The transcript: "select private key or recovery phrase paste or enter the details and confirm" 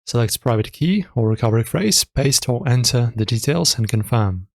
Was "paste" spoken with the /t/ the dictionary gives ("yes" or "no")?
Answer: yes